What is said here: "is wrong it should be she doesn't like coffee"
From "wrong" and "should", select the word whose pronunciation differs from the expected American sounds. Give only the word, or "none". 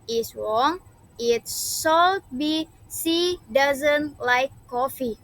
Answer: should